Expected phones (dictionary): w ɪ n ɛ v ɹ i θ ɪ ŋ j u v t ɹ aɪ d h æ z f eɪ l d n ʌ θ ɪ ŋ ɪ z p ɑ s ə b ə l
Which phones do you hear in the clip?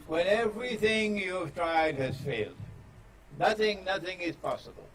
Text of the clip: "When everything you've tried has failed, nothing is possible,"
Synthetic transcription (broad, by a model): w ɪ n ɛ v ɹ i θ ɪ ŋ j u v t ɹ aɪ d h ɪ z f eɪ l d n ʌ θ ɪ ŋ ɪ z p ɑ s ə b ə l